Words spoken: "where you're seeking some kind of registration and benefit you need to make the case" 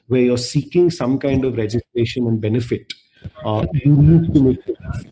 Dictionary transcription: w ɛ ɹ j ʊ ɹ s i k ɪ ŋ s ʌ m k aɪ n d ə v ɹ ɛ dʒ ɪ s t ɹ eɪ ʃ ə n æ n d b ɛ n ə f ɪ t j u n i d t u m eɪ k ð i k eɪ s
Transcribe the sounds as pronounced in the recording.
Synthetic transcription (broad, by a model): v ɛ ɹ j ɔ ɹ s i k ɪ ŋ s ʌ m k aɪ n d ə v ɹ ɛ dʒ ɪ s t ɹ eɪ ʃ ə n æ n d b ɛ n ə f ɪ t j u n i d t u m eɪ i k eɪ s